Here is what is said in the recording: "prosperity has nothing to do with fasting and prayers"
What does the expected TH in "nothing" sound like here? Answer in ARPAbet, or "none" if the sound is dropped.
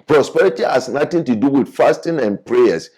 T